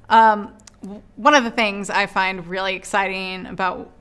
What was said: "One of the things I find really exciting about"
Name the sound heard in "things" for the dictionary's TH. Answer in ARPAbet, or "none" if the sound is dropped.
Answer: TH